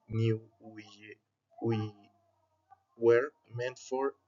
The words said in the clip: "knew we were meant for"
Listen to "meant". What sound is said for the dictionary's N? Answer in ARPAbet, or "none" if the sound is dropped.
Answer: N